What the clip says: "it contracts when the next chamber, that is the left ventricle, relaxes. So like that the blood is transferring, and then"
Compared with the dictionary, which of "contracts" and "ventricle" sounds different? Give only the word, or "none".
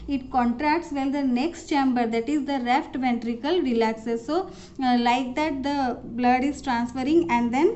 none